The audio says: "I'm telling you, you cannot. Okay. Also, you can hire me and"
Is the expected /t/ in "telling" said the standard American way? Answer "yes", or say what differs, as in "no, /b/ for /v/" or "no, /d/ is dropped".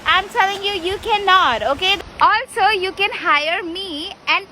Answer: no, /s/ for /t/